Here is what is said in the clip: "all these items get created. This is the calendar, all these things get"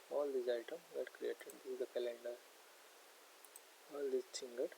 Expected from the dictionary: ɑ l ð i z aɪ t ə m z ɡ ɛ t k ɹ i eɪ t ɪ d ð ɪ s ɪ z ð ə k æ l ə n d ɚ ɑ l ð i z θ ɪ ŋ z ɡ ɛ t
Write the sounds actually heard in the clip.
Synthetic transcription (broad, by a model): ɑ l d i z aɪ t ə m ɡ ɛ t k ɹ i eɪ t ɪ d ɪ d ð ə k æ l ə n d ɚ ɑ l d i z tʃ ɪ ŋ ɡ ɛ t